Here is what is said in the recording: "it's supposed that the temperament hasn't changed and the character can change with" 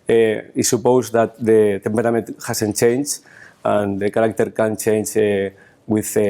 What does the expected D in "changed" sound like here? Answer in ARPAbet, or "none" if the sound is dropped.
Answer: none